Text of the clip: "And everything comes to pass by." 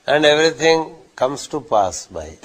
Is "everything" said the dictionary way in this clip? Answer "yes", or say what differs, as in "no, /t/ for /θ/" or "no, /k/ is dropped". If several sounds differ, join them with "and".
no, /t/ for /θ/